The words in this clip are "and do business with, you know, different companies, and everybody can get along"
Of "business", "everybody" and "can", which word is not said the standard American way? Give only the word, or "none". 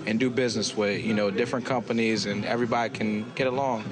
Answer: none